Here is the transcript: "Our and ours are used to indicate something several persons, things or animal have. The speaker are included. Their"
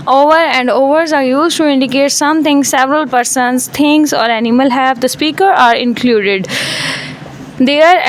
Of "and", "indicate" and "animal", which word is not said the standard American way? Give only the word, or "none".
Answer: none